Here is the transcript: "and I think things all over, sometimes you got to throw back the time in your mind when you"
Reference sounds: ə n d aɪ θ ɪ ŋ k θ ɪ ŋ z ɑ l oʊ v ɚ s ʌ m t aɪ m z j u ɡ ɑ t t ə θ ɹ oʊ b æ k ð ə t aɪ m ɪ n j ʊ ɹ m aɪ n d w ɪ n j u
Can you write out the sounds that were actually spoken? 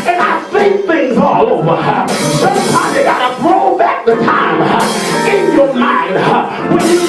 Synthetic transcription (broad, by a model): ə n aɪ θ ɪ k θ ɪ ŋ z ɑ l oʊ v ɚ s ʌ t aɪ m j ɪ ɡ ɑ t t ə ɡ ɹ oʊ b æ k ð ə t aɪ m ɪ n j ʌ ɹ m aɪ n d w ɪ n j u